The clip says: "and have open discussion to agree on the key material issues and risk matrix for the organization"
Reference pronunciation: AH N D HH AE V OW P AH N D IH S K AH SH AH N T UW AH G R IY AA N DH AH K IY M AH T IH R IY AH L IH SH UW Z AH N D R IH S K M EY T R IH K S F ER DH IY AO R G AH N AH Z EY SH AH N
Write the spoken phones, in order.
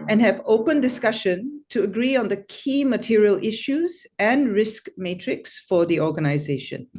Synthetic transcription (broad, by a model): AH N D HH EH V OW P AH N D IH S K AH SH AH N T UW AH G R IY AA N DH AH K IY M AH T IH R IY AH L IH SH UW Z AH N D R IH S K M EY T R IH K S F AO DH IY AO G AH N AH Z EY SH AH N